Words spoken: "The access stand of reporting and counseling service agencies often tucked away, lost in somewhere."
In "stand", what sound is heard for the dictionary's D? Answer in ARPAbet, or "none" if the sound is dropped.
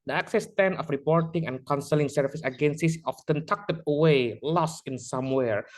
none